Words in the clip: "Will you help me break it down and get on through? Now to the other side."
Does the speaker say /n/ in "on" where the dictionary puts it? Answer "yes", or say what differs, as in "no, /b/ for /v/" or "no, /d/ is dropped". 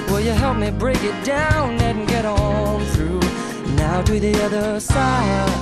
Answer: no, /l/ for /n/